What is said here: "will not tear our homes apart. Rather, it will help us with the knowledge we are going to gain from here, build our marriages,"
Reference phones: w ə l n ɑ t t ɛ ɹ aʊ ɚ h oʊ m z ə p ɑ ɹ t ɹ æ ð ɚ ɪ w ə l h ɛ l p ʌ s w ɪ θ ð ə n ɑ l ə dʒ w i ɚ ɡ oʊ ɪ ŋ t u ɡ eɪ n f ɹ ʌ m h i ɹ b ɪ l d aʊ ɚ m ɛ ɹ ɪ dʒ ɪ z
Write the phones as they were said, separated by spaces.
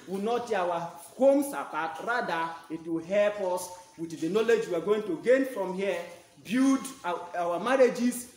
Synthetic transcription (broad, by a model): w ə n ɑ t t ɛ aʊ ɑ h oʊ m s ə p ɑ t ɹ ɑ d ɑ ɪ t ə h ɛ l p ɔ s w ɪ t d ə n ɑ l ə dʒ w i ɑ ɡ oʊ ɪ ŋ t u ɡ eɪ n f ɹ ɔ m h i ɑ b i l d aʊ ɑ m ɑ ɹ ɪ dʒ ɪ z